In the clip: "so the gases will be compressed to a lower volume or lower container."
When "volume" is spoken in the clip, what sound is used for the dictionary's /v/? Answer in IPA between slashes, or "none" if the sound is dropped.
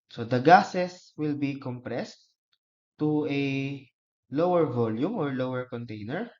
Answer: /v/